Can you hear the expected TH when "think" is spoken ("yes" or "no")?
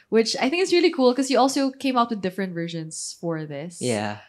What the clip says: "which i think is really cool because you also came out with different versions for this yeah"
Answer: yes